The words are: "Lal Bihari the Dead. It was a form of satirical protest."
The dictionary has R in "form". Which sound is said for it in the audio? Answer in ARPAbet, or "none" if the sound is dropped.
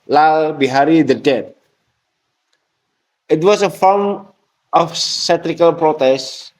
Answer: L